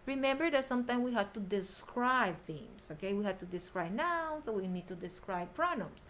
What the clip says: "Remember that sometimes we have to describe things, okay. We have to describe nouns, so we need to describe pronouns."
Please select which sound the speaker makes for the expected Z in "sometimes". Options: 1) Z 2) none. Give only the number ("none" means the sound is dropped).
2